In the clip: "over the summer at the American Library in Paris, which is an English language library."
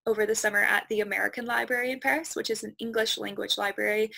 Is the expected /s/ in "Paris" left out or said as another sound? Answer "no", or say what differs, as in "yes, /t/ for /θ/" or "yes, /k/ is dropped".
no